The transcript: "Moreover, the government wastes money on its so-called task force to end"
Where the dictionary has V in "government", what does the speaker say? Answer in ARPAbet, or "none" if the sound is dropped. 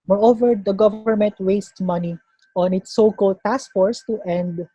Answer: V